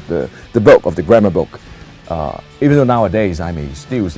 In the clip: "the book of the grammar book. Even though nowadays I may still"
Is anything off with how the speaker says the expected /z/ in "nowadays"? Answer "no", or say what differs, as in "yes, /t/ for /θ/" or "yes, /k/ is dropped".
no